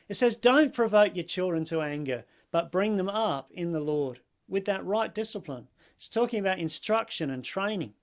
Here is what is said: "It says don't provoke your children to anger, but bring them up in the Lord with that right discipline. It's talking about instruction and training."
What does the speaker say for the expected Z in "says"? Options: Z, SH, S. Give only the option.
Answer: Z